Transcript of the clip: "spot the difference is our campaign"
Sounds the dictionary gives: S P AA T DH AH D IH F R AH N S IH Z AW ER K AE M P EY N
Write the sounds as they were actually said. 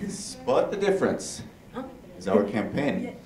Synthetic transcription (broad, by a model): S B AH T DH AH D IH F R AH N S IH Z AW ER K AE M P EY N